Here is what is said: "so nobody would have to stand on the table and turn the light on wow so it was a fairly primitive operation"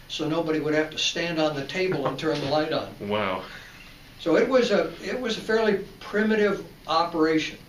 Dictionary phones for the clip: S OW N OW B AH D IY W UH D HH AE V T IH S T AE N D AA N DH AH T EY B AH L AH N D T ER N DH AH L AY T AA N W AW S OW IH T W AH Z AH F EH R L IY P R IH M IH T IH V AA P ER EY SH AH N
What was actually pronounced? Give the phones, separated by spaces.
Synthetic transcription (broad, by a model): S OW N OW B AH D IY W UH D HH AE F T IH S T AE N D N DH AH T EY B AH L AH N T ER N DH AH L AY T N W AW S OW IH T W AH Z AH F EH R L IY P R IH M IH T IH V AA P ER EY SH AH N